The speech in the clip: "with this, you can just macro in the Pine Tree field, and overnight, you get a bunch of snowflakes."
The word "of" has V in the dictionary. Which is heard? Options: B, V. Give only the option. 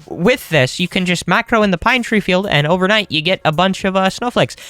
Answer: V